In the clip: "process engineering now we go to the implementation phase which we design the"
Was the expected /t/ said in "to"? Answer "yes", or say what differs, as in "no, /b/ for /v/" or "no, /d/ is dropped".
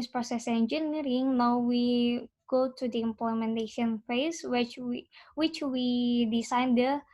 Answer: yes